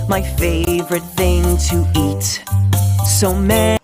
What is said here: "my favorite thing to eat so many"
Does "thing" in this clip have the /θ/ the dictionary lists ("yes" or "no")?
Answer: yes